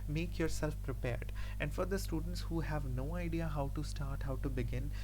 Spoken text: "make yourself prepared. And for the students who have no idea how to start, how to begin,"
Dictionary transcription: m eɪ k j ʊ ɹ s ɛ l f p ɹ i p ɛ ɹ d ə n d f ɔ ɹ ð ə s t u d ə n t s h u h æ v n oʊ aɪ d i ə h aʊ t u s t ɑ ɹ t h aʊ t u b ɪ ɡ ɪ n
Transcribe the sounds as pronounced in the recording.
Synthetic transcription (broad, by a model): m eɪ k j ʊ ɹ s ɛ l f p ɹ i p ɛ ɹ d ə n d f ɔ ɹ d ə s t u d ə n t s h u h æ v n oʊ aɪ d i ə h aʊ t u s t ɑ ɹ t h aʊ t u b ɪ ɡ ɪ n